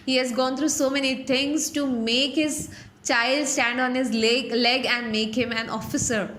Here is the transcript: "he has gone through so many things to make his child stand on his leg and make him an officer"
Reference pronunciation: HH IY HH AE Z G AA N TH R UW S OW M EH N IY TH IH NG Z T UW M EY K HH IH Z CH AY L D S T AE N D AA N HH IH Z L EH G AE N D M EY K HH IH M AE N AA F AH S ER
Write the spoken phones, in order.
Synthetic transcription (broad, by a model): HH IY HH AE Z G AA N T R UW S OW M EH N IY T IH NG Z T UW M EY K HH IH Z CH AY L D S T AE N D AA N HH IH Z L EH G AE N D M EY K HH IH M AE N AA F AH S ER